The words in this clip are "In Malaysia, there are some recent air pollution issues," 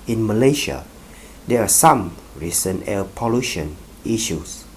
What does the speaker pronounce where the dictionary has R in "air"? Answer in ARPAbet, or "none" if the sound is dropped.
L